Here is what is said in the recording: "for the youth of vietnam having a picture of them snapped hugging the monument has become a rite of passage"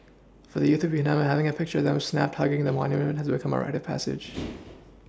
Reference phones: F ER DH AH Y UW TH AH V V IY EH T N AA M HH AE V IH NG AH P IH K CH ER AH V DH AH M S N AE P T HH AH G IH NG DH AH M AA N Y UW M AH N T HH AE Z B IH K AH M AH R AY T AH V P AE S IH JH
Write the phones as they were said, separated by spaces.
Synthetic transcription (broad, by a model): F ER DH AH Y UW TH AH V V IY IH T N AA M HH AE V IH NG AH P IH K CH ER AH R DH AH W S N AE P T HH AH G IH NG DH AH M AA N Y UW M AH N T HH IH Z B IH K AH M AH R AY T AH V P AE S IH JH